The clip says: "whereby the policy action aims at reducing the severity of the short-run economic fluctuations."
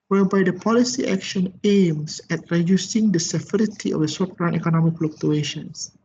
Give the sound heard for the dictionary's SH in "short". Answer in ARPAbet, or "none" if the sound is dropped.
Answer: S